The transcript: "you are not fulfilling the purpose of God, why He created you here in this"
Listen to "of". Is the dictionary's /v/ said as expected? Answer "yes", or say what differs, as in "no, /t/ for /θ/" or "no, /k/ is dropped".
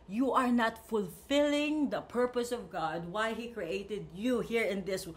yes